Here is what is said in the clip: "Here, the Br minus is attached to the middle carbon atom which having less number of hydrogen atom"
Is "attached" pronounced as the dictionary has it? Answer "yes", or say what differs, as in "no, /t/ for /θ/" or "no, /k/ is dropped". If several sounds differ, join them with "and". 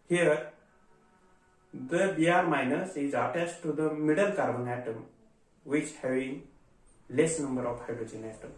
no, /s/ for /tʃ/